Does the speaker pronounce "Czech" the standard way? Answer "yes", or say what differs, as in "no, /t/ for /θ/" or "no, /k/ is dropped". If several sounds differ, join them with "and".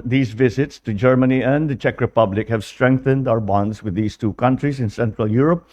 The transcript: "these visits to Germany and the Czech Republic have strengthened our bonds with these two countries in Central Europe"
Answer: yes